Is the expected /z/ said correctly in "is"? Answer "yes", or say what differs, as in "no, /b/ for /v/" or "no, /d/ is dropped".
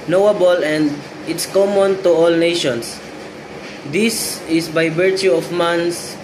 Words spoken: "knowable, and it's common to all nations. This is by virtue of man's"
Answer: no, /s/ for /z/